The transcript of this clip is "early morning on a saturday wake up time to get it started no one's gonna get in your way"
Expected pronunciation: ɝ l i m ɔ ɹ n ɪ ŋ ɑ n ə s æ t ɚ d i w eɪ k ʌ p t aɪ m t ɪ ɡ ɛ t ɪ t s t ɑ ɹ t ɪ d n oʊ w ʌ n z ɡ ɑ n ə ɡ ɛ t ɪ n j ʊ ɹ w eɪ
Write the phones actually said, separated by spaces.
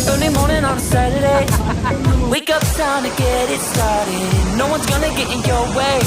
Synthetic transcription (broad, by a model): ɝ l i m ɔ ɹ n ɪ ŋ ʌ n s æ t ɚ d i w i k ʌ p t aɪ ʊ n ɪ ɡ ɛ t ɪ t s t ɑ ɹ t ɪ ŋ n oʊ w ʌ n z ɡ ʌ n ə ɡ ɛ t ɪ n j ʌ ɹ w eɪ